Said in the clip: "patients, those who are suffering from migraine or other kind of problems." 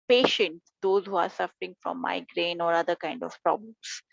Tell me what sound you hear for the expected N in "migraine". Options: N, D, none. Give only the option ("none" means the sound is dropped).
N